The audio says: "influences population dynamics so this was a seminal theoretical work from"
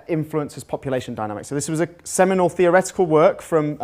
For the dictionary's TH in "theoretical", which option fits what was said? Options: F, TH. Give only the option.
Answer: TH